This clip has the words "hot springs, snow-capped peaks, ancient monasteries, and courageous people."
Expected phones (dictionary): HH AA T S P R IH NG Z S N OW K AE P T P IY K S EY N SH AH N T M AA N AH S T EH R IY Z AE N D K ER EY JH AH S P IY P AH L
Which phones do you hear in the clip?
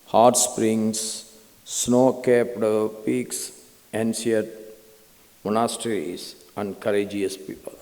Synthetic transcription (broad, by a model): HH AA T S P R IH NG S N OW K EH P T P IY K S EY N S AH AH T M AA N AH S T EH R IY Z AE N D K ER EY JH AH S P IY P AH L